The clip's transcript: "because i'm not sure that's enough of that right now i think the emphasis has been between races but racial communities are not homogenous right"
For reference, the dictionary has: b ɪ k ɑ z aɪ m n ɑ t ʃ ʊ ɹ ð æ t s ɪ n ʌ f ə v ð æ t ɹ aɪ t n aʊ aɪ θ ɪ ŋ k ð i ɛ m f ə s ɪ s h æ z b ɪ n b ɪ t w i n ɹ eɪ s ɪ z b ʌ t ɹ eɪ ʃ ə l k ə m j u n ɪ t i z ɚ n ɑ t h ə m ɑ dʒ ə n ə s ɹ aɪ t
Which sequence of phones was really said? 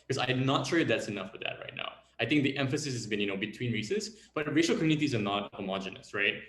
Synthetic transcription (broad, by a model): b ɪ k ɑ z aɪ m n ɑ t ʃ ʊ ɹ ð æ t s ɪ n ʌ f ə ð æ t ɹ aɪ t n aʊ aɪ θ ɪ ŋ k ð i ɛ m f ə s ɪ s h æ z b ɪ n b ɪ t w i n ɹ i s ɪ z b ʌ t ɹ eɪ ʃ ə l k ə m j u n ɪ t i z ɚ n ɑ t h ə m ɑ dʒ ə n ə s ɹ aɪ t